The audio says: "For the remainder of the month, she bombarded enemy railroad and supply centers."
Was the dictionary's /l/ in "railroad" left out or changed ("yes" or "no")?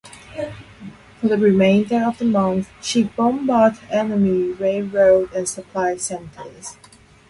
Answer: yes